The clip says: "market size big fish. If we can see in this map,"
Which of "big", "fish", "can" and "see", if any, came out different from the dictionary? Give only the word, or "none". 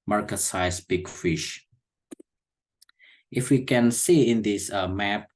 none